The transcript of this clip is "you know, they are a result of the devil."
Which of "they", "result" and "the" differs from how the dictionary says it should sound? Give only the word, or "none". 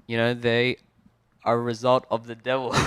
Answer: none